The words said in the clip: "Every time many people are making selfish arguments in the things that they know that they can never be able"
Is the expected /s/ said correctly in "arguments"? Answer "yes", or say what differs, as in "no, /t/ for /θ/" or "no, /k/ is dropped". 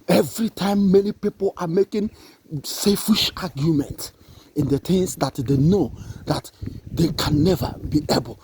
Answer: no, /s/ is dropped